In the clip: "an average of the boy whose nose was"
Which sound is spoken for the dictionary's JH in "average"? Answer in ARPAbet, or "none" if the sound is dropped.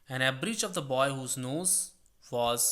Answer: CH